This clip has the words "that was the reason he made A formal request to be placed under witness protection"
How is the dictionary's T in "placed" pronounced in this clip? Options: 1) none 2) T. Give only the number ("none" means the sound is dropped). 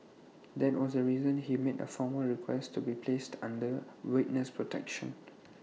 2